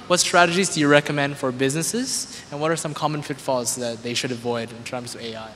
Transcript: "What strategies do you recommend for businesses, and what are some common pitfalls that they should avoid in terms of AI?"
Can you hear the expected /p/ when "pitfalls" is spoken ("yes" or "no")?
no